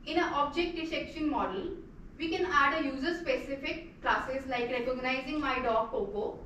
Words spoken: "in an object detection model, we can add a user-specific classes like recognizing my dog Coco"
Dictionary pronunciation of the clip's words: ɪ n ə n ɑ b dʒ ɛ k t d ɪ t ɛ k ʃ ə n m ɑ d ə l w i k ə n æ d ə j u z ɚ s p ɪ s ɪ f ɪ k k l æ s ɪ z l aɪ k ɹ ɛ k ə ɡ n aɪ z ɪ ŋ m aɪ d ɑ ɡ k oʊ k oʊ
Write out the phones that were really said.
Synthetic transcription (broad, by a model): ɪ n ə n ɑ b dʒ ɛ k t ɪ s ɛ k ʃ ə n m ɑ d ə l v i k ə n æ d ə j u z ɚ s p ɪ s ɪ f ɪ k k l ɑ s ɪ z l aɪ k ɹ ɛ k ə ɡ n aɪ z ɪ ŋ m aɪ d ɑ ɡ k oʊ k oʊ